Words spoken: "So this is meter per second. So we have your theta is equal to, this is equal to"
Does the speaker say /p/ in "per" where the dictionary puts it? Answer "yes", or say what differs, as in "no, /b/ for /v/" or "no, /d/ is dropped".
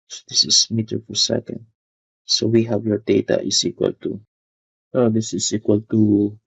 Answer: no, /f/ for /p/